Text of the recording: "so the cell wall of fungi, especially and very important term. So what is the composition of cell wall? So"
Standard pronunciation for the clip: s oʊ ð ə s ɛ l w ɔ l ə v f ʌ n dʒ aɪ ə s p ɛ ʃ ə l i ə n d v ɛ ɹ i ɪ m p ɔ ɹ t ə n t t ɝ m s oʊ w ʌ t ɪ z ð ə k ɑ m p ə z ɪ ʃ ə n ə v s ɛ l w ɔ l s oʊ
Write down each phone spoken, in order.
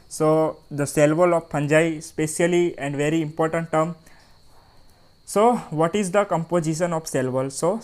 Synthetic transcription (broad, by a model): s oʊ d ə s ɛ l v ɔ l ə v p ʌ n dʒ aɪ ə s p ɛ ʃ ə l i ə n d v ɛ ɹ i ɪ m p ɔ ɹ t ə n t t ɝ m s oʊ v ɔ t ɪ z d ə k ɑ m p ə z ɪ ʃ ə n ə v s ɛ l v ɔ l s oʊ